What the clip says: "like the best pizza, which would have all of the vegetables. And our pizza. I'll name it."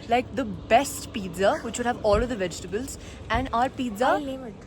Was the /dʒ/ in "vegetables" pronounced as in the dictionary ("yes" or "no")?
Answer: yes